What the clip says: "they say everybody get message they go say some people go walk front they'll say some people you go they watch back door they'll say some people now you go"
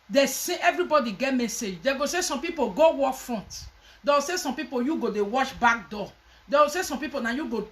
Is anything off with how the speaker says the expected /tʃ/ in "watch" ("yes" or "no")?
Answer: yes